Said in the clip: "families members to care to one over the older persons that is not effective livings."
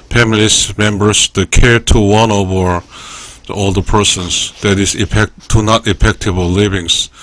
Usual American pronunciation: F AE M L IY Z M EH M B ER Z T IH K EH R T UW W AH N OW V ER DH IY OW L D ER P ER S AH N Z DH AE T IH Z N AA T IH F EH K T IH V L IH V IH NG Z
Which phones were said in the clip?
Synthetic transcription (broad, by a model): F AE M L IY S M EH M B ER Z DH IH K EH R T UW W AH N OW V ER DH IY OW L D ER P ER S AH N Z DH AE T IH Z N AA T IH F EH K T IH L L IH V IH NG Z